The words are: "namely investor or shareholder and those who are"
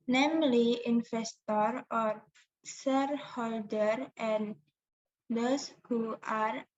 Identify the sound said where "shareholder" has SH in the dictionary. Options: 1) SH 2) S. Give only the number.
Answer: 2